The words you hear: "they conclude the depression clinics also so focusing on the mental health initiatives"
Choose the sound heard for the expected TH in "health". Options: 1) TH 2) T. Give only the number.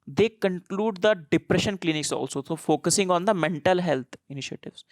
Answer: 2